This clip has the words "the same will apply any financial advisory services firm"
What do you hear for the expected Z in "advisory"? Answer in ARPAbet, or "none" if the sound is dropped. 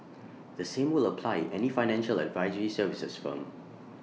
Z